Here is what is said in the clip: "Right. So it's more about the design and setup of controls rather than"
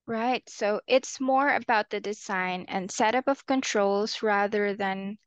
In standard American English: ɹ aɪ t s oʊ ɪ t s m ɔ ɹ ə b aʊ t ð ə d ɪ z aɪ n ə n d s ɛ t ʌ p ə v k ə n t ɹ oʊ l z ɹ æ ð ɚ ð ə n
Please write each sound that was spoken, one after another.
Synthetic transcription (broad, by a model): ɹ aɪ t s oʊ ɪ t s m ɔ ɹ ə b aʊ t ð ə d ɪ z aɪ n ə n s ɛ t ʌ p ə v k ə n t ɹ oʊ l z ɹ æ ð ɚ ð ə n